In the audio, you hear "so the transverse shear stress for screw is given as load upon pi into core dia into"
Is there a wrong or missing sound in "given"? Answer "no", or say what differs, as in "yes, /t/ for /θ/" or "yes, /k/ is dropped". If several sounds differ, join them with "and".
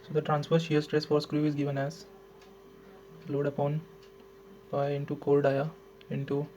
no